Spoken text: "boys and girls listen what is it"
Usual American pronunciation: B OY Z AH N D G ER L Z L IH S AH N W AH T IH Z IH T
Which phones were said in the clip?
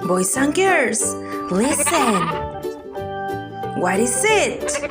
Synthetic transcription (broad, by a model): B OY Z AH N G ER Z L IH S AH N W AH T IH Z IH T